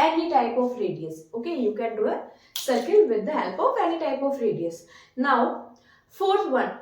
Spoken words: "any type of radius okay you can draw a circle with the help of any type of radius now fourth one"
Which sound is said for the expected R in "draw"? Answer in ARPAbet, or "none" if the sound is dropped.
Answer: none